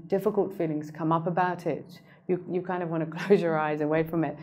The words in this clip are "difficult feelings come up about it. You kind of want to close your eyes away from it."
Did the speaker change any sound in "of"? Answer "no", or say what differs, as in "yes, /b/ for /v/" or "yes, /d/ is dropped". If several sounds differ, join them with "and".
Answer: no